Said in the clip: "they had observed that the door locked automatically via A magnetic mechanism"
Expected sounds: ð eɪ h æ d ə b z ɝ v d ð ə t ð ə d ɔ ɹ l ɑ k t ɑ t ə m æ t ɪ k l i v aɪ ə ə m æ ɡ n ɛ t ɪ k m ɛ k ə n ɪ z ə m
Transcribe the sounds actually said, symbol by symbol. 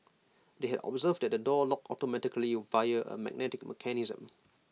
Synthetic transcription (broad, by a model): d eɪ h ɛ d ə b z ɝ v d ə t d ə d ɔ l ɑ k ɑ t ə m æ t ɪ k l i v aɪ ə ə m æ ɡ n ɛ t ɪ k m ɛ k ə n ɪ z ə m